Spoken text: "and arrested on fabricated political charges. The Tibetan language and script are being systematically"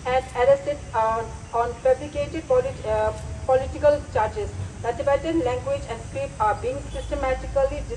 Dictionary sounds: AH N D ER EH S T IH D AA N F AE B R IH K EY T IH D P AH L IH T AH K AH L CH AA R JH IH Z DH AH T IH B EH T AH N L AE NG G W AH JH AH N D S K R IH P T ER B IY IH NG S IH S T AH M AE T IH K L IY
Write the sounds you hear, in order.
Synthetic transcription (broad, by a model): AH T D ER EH S T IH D AA N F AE B L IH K EY T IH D P AH L IH T AH K AH L CH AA R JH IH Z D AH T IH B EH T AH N L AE NG G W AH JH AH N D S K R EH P AA B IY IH NG S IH S T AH M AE T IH K L IY